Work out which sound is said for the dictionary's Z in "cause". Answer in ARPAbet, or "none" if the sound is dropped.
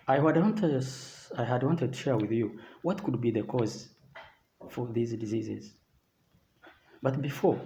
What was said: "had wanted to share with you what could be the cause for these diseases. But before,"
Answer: Z